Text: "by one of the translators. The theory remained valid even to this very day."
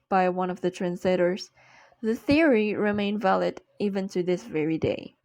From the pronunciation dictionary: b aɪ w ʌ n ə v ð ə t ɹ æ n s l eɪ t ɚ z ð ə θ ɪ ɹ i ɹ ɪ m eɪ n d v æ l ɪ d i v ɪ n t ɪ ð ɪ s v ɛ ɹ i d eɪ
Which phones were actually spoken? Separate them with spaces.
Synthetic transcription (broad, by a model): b aɪ w ʌ n ə v ð ə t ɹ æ n s l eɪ t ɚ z ð ə θ ɪ ɹ i ɹ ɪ m eɪ n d v æ l ɪ d i v ɪ n t ɪ ð ɪ s v ɛ ɹ i d eɪ